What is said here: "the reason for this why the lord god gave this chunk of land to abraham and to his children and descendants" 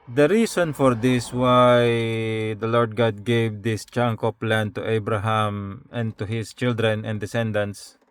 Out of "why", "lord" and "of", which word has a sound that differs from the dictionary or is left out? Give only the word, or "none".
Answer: of